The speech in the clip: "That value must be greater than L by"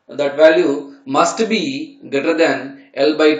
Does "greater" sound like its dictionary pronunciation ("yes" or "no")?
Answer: no